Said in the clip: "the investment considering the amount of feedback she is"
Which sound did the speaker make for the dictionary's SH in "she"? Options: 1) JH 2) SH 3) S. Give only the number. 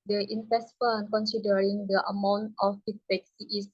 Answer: 3